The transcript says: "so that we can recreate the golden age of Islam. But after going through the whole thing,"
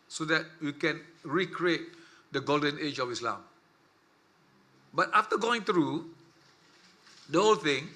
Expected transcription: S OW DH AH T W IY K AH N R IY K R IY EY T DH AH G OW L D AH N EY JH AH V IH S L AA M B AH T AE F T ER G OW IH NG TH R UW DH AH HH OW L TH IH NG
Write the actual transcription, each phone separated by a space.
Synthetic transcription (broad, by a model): S OW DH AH T W IY K AH N R IY K R IY EY T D AH G OW L D AH N EY JH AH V IH S L AA M B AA T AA F T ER G OW IH NG T R UW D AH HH OW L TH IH NG